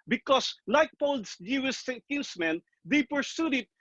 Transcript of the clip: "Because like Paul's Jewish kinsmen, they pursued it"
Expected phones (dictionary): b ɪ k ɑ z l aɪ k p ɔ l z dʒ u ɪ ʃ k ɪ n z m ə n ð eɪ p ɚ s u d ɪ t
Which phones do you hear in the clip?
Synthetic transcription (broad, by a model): b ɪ k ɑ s l aɪ k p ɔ l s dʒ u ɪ s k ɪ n s m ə n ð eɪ p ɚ s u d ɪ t